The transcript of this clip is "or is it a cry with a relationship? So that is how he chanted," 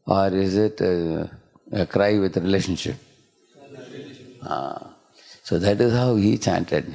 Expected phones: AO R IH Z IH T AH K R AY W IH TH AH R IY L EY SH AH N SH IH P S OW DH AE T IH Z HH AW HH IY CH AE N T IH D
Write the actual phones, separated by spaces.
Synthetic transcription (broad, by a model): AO R IH Z IH T AH K R AY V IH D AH R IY L EY SH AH N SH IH P S OW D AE T IH Z HH AW HH IY CH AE N T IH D